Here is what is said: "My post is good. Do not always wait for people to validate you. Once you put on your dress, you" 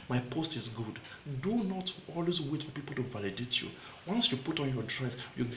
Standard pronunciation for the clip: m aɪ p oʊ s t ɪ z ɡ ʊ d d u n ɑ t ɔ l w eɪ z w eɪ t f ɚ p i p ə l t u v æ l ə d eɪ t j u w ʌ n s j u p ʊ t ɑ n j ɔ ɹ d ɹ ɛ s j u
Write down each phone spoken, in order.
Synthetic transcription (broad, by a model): m aɪ p oʊ s t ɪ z ɡ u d d u n ɑ t ɔ l w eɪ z w eɪ t f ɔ p i p ə l t u v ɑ l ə d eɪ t j u w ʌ n s j u p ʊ t ɑ n j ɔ d ɹ ɛ s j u